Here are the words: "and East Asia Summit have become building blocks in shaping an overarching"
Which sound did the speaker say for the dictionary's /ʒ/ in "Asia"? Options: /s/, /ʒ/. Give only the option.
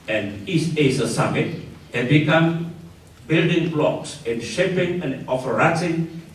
/s/